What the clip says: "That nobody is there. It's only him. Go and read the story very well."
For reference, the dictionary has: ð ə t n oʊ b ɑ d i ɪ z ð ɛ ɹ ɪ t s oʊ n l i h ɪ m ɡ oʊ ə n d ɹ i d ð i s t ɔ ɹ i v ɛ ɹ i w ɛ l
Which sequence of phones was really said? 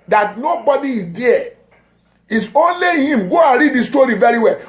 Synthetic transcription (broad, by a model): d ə t n oʊ b ɑ d i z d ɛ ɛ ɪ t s oʊ n l i h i m ɡ oʊ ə n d ɹ i d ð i s t ɔ ɹ i v ɛ ɹ i w ɛ l